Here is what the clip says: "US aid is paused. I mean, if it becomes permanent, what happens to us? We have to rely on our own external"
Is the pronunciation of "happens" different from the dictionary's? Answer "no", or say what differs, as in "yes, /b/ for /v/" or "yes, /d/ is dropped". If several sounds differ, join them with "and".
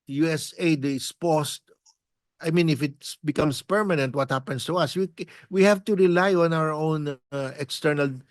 yes, /s/ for /z/